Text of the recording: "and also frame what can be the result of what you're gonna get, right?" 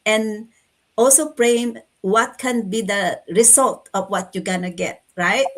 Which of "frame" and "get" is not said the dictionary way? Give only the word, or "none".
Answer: frame